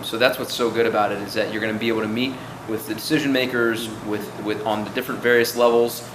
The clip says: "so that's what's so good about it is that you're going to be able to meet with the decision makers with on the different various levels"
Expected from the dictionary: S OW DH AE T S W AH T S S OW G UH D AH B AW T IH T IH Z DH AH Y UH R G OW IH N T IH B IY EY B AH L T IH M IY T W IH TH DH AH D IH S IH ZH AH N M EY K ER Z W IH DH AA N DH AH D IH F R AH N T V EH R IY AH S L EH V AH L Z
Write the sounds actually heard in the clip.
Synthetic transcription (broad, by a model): S OW DH AE T S W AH T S S OW G UH D AH B AW T IH T IH Z DH AH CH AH R G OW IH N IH B IY EY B L T IH M IY T W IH DH AH D IH S IH ZH AH N M EY K ER Z W IH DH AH N DH AH D IH F R AH N T V EH R IY AH S L EH V L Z